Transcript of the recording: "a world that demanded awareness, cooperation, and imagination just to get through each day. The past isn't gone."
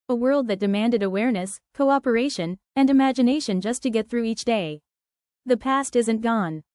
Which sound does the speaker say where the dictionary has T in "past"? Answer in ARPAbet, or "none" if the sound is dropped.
T